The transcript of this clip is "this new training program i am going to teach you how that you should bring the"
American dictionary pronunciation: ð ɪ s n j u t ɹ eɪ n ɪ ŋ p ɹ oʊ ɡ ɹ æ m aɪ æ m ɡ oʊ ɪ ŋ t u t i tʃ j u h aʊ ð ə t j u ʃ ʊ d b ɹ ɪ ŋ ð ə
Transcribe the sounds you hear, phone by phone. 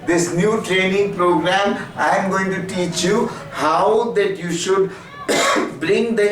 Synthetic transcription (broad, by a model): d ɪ s n j u t ɹ eɪ n ɪ ŋ p ɹ oʊ ɡ ɹ æ m aɪ m ɡ oʊ ɪ ŋ t u t i tʃ j u h aʊ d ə t j u ʃ ʊ d b ɹ ɪ ŋ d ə